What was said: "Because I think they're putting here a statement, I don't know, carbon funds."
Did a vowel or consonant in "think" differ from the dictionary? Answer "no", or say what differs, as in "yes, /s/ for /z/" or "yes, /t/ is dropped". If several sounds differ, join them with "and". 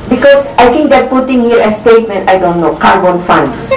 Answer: yes, /t/ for /θ/